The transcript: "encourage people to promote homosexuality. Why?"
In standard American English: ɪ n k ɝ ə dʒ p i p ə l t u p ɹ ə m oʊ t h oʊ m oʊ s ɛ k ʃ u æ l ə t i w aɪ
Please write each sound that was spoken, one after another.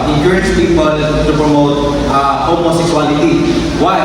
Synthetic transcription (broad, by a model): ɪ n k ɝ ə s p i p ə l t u p ɹ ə m oʊ t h oʊ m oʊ s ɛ k s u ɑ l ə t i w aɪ